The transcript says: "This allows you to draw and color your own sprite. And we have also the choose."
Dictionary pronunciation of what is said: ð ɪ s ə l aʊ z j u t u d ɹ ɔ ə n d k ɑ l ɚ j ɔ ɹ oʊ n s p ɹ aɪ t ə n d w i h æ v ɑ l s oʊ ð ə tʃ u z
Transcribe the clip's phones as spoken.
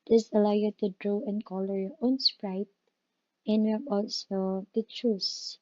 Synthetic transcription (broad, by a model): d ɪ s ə l aʊ j u t u d ɹ ɔ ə n k ɑ l ɚ j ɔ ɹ oʊ n s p ɹ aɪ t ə n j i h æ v ɑ l s oʊ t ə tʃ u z